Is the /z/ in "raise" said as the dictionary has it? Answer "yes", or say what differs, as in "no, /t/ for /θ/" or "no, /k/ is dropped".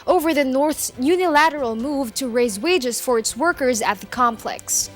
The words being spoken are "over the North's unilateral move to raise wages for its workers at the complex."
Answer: yes